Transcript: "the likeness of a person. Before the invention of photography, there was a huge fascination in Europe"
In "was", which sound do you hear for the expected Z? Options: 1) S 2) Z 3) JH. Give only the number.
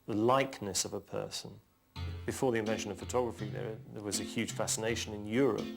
2